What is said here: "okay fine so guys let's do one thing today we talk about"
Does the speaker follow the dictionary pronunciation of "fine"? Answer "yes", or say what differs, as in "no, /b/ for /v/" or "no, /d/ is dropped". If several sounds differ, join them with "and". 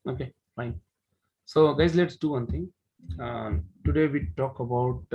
yes